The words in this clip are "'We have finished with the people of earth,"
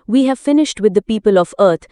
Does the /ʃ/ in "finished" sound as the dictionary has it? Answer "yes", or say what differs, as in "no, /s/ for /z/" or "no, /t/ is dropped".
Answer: yes